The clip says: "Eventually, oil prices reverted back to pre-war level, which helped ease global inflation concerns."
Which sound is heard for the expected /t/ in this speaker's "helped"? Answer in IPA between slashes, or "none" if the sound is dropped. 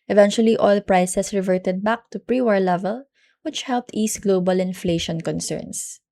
/t/